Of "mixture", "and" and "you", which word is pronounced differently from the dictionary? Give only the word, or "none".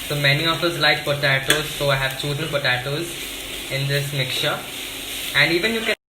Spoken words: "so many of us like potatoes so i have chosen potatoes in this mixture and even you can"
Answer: mixture